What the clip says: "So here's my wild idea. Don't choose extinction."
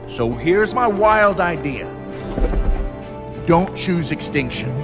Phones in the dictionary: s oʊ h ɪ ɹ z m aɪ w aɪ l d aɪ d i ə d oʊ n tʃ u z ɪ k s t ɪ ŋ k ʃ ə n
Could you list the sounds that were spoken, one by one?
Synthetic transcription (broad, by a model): s oʊ h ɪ ɹ z m aɪ w aɪ l d aɪ d i ə d oʊ n tʃ u z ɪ k s t ɪ ŋ k ʃ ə n